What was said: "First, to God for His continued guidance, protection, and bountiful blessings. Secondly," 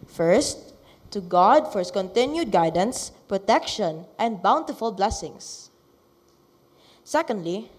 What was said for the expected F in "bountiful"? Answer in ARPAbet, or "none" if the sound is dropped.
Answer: F